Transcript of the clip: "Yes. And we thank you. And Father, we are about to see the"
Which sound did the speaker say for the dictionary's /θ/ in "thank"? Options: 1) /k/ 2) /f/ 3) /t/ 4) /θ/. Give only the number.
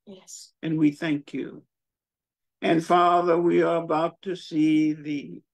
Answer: 4